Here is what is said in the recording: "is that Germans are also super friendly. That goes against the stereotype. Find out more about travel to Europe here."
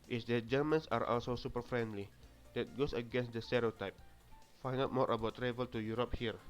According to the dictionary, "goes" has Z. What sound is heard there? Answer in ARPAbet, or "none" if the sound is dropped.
S